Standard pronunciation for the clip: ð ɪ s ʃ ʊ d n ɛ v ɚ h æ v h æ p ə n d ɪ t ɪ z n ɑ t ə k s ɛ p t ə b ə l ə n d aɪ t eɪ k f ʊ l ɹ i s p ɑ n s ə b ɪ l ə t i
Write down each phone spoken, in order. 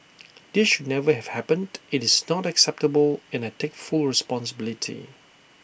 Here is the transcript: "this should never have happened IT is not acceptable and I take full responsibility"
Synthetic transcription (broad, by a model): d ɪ s ʃ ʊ d n ɛ v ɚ h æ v h æ p ə n d ɪ t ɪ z n ɑ t ə k s ɛ p t ə b ə l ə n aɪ t eɪ k f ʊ l ɹ i s p ɑ n s ə b ɪ l ə t i